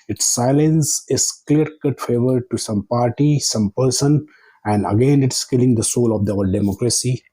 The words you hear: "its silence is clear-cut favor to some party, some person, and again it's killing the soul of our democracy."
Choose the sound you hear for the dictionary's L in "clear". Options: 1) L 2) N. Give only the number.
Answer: 1